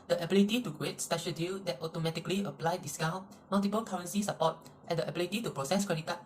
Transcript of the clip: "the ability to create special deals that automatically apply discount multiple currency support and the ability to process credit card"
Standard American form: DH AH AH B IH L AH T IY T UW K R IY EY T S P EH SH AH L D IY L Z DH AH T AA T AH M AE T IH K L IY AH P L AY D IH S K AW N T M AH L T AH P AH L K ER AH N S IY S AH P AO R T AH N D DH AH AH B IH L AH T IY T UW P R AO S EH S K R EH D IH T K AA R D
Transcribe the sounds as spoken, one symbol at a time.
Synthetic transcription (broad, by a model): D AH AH B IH L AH T IY T UW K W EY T S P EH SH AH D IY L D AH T AA T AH M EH T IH K L IY AH P L AY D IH S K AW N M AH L T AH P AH L K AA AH N S IY S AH P AO T AH N D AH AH B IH L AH T IY T UW P R AO S EH S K W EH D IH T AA